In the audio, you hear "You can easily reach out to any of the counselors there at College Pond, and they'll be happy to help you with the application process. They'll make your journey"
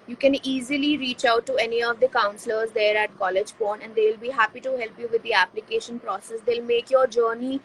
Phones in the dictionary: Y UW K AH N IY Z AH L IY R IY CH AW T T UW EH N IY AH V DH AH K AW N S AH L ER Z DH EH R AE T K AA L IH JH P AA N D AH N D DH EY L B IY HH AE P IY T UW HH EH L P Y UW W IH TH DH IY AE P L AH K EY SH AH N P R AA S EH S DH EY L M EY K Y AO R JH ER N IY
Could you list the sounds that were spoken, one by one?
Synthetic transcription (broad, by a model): Y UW K AH N IY Z AH L IY R IY CH AW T T UW EH N IY AH V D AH K AW N S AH L ER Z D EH R AE T K AA L IH JH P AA N AH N D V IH L B IY HH AE P IY T UW HH EH L P Y UW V IH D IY AE P L AH K EY SH AH N P R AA S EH S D EY L M EY K Y AO R JH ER N IY